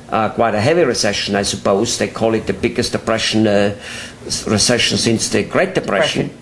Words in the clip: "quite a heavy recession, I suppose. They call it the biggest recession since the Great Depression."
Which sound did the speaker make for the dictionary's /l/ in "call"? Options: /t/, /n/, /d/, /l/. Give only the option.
/l/